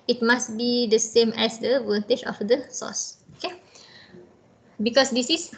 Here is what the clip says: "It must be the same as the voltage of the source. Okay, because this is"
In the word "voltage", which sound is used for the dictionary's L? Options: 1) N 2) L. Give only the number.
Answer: 1